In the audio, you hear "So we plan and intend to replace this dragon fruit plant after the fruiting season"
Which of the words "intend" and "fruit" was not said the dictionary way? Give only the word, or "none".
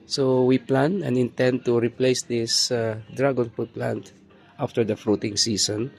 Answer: fruit